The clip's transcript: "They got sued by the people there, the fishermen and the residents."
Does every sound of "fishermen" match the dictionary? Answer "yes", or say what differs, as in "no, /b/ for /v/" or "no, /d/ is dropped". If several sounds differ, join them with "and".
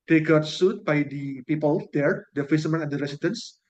no, /s/ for /ʃ/